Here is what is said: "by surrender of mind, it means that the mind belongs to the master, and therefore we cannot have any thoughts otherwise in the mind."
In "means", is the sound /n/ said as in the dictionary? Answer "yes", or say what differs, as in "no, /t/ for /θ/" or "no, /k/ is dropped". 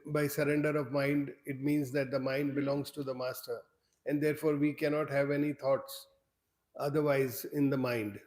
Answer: yes